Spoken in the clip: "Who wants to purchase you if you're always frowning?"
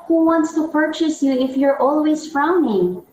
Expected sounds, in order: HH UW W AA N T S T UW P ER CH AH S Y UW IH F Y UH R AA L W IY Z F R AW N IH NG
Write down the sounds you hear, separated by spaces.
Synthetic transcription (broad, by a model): HH UW W AA N T S T UW P ER CH AH S Y UW IH F Y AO R AA L W IY Z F R AW N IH NG